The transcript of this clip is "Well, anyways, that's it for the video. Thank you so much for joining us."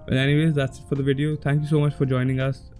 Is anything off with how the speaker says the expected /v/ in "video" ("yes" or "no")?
no